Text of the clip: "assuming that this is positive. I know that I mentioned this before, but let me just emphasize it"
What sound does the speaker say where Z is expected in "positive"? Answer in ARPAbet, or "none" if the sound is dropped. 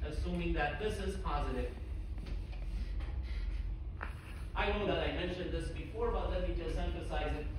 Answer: Z